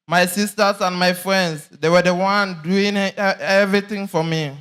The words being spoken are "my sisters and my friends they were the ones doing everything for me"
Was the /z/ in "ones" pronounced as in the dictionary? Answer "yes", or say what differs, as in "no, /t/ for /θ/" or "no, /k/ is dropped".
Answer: no, /z/ is dropped